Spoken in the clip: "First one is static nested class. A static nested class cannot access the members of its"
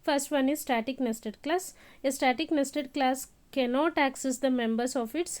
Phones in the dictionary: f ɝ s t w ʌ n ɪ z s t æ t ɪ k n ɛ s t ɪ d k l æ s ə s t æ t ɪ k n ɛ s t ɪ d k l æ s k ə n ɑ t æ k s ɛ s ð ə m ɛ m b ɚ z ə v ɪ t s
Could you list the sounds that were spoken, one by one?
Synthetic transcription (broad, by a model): f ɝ s t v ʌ n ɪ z s t æ t ɪ k n ɛ s t ɪ d k l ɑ s ə s t æ t ɪ k n ɛ s t ɪ d k l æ s k ə n ɑ t æ k s ɛ s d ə m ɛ m b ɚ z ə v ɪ t s